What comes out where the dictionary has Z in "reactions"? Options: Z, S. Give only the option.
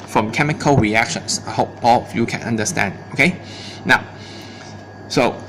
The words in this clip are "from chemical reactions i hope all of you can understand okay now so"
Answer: S